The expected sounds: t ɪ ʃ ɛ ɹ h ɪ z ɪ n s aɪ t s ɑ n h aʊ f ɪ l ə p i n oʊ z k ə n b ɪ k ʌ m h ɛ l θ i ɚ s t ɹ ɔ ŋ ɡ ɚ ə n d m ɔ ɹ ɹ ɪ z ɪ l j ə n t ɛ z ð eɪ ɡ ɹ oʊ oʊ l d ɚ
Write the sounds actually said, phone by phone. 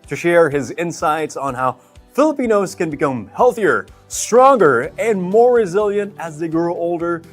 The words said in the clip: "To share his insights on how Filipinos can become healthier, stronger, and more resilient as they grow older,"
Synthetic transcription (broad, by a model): t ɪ ʃ ɛ ɹ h ɪ z ɪ n s aɪ t s n h aʊ f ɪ l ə p i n oʊ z k ə n b ɪ k ʌ m h ɛ l θ i ɚ s t ɹ ɔ ŋ ɡ ɚ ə n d m ɔ ɹ ɹ ɪ z ɪ l j ə n t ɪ z ð eɪ ɡ ɹ oʊ oʊ l d ɚ